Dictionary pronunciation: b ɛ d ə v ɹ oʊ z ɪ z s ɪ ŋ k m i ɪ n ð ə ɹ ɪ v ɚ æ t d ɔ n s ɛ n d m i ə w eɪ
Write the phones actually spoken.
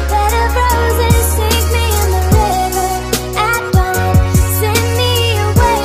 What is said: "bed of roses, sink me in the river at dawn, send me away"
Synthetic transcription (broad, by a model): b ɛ d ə b ɹ oʊ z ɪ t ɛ ɪ k m i ɪ n ð ə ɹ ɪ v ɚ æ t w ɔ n s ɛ n m i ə w eɪ